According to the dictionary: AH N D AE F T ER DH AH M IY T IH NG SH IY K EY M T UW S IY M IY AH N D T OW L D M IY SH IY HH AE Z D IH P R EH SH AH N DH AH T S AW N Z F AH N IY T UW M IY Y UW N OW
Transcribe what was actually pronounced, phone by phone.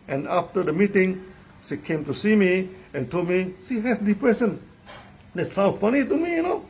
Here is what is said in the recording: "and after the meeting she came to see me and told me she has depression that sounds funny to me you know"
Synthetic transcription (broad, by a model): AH N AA F T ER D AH M IY T IH NG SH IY K EY M T UW S IY M IY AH N T OW L D M IY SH IY HH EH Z D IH P R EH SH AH N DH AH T S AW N F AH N IY T UW M IY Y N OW